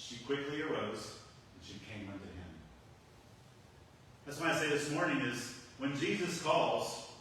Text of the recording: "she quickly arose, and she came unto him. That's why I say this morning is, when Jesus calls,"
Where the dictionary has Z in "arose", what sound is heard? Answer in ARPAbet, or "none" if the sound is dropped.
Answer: Z